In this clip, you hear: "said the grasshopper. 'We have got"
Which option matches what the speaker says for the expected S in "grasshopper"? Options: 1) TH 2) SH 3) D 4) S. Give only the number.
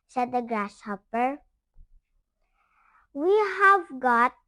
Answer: 2